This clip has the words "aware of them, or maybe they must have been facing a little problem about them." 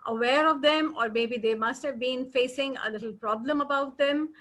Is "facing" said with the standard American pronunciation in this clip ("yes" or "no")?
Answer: yes